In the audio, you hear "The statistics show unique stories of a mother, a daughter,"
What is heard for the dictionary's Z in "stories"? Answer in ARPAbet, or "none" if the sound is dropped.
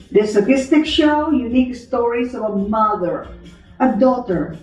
S